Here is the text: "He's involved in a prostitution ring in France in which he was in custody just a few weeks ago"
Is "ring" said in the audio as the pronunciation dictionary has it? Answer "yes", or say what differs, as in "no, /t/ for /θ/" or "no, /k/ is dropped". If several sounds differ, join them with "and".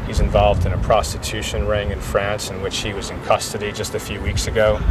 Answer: yes